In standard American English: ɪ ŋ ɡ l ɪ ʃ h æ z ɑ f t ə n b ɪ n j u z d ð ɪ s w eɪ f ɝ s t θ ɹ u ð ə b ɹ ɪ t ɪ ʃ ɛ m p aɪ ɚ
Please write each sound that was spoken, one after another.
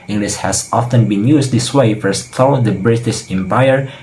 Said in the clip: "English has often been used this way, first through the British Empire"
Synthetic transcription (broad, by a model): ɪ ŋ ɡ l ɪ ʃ h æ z ɑ f t ə n b ɪ n j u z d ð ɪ s w eɪ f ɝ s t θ ɔ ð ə b ɹ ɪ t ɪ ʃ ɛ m p aɪ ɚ